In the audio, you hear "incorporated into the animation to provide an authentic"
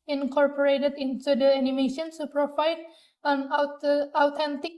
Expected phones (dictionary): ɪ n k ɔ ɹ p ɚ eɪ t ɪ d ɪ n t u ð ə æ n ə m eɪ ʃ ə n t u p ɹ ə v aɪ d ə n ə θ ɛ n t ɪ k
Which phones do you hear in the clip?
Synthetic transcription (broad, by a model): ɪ n k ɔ ɹ p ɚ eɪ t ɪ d ɪ n t u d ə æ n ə m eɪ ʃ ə n s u p ɹ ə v aɪ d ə n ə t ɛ n t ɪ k